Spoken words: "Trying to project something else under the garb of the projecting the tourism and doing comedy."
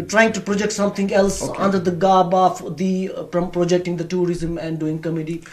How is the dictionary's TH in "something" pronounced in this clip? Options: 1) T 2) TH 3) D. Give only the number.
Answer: 1